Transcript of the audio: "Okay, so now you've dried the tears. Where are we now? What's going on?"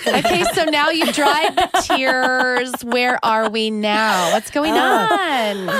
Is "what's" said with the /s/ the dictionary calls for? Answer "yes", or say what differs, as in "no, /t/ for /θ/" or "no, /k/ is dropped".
yes